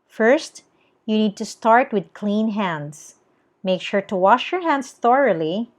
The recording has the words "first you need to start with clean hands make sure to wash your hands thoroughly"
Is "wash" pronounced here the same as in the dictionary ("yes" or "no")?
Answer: yes